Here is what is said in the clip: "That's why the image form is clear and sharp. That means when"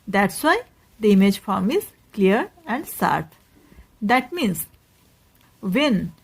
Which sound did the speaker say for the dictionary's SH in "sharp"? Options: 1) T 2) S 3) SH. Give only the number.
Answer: 2